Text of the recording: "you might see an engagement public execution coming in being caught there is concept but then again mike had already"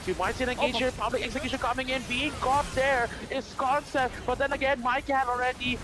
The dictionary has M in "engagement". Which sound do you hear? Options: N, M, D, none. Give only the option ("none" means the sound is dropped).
none